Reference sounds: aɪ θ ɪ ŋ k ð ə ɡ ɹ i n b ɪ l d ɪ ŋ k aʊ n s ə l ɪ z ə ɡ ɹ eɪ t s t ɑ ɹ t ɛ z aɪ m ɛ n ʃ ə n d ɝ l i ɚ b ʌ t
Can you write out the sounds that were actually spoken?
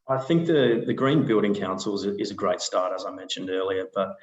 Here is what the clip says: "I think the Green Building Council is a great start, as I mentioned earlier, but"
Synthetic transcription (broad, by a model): aɪ θ ɪ ŋ k ð ə ɡ ɹ i n b ɪ l d ɪ ŋ k aʊ n s l ɪ z ə ɡ ɹ eɪ t s t ɑ ɹ t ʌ z aɪ m ɛ n ʃ ə n d ɝ l i ɚ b ʌ t